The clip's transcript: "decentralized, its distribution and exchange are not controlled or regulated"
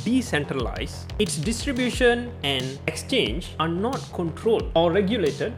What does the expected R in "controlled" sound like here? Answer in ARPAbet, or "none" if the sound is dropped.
R